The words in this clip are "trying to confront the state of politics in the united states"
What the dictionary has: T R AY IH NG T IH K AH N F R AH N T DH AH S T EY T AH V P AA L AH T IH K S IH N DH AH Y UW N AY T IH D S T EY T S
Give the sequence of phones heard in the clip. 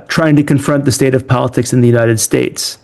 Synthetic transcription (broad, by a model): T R AY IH NG T IH K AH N F R AH N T DH AH S T EY T AH V P AA L AH T IH K S IH N DH AH Y UW N AY T IH D S T EY T S